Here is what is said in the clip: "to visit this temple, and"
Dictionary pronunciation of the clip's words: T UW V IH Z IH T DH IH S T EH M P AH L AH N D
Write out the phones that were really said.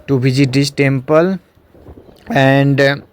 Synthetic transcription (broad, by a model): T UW B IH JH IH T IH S T EH M P AH L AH N D